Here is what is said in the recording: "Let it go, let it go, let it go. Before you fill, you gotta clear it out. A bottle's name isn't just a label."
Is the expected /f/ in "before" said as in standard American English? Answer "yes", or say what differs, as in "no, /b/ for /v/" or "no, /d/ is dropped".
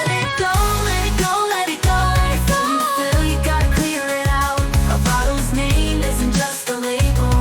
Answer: no, /f/ is dropped